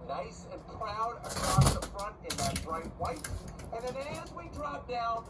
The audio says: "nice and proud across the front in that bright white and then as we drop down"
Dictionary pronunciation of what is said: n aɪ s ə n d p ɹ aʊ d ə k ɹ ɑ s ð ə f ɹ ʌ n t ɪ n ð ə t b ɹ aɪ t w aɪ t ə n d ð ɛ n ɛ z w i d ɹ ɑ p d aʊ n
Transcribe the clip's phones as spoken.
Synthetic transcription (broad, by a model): n aɪ s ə n p ɹ aʊ d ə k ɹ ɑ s ð ə f ɹ ʌ n t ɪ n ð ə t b ɹ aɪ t w aɪ t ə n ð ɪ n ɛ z w i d ɹ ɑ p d aʊ n